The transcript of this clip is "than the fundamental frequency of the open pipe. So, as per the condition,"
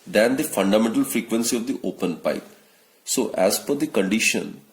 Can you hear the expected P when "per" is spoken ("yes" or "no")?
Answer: no